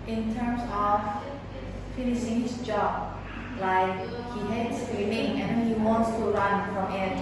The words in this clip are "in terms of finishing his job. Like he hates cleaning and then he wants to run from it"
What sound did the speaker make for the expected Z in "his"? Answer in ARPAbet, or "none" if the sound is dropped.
S